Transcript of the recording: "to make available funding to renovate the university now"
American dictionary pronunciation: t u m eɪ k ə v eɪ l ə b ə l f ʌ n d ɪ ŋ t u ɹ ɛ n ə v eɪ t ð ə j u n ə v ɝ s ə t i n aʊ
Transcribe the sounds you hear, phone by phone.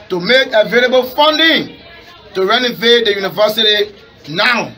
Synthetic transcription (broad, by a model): t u m eɪ k ə v eɪ l ə b ə l f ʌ n d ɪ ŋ t u ɹ ɛ n ə v eɪ t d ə j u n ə v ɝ s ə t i n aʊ